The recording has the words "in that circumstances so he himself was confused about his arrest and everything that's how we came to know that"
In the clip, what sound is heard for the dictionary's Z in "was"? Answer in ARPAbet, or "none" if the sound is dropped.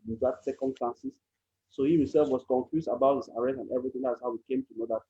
S